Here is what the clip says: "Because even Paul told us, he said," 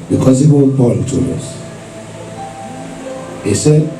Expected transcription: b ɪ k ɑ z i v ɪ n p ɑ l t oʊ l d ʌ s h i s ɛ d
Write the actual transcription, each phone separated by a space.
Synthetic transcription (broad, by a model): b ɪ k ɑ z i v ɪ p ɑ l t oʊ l ʌ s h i s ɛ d